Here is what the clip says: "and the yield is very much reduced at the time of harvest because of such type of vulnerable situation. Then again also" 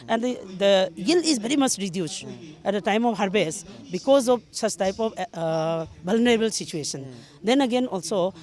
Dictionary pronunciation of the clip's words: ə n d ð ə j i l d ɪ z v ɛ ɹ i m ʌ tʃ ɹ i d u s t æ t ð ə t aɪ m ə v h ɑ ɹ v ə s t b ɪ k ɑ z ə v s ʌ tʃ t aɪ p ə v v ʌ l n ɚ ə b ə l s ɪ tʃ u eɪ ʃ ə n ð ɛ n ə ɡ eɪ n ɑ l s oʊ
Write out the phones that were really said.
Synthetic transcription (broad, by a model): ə n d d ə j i l ɪ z b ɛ ɹ i m ʌ tʃ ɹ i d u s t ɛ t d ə t aɪ m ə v h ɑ ɹ b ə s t b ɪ k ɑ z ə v s ʌ tʃ t aɪ p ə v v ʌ l n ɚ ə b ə l s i tʃ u eɪ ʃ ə n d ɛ n ə ɡ eɪ n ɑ l s oʊ